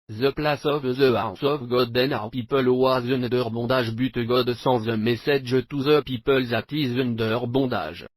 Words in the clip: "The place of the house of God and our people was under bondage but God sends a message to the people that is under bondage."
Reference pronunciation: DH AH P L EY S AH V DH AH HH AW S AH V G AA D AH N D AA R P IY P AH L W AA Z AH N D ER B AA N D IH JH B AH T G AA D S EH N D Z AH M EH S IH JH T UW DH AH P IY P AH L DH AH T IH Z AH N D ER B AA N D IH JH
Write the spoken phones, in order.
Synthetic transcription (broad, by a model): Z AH P L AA S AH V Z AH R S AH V G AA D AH N AA R P IY P AH L W AA Z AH N D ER B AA D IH ZH B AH T G AA D S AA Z AH M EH S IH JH T UW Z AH P IY P AH L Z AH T IH Z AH N D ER B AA D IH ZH